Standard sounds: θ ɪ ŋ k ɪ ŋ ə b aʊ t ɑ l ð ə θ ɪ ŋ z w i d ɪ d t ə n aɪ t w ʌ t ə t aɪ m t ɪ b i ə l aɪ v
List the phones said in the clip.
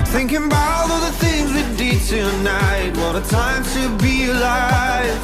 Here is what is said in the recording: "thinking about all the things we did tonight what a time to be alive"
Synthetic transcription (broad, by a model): θ ɪ ŋ k ɪ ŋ b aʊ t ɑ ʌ ð ə θ ɪ ŋ z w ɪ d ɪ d t ə n aɪ t w ʌ t ə t aɪ m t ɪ b i l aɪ